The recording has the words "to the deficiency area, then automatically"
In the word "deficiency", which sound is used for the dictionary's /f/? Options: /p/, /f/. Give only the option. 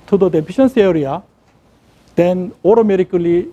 /p/